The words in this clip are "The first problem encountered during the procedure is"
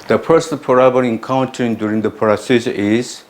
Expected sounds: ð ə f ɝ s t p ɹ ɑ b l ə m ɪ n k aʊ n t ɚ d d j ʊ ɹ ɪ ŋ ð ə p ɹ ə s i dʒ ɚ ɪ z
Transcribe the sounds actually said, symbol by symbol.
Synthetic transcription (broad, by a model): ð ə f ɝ s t p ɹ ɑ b ə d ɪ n k aʊ n t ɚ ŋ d j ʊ ɹ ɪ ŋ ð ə p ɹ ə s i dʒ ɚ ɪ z